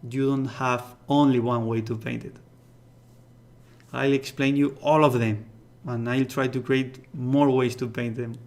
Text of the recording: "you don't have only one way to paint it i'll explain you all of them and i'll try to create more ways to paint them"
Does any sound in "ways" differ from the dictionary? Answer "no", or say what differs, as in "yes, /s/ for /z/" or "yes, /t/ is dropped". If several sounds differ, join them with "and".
yes, /s/ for /z/